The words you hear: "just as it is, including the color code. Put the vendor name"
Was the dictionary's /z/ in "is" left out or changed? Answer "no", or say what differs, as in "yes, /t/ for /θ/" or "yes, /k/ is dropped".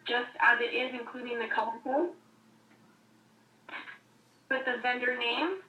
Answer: no